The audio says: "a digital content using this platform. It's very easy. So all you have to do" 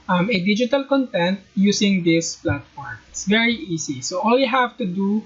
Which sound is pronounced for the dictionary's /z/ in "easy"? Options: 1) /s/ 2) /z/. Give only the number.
1